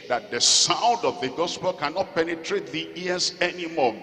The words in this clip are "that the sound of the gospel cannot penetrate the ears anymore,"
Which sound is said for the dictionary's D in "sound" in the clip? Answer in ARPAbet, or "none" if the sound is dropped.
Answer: D